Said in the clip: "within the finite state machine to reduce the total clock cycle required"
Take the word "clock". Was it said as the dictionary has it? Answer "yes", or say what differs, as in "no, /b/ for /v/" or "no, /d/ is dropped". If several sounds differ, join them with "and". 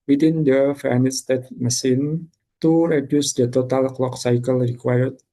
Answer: yes